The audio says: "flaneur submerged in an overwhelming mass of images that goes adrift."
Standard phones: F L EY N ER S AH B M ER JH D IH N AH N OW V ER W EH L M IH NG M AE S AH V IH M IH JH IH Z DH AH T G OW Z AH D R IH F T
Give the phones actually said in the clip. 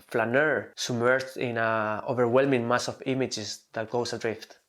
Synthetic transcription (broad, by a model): F L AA N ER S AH M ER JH IH N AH OW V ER W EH L M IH NG M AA S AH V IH M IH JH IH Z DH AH T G OW S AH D R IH F T